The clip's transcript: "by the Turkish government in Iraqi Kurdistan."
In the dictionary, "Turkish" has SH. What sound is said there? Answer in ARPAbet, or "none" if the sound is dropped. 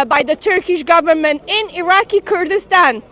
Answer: SH